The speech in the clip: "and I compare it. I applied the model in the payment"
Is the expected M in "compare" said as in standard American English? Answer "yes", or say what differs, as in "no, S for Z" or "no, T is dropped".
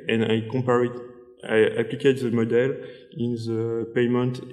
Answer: no, M is dropped